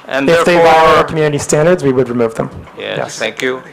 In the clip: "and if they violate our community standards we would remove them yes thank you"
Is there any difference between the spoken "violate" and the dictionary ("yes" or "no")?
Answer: yes